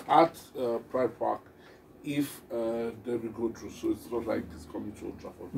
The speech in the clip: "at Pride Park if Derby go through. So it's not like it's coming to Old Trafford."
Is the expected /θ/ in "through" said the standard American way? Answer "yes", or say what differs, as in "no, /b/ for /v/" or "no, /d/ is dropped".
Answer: no, /t/ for /θ/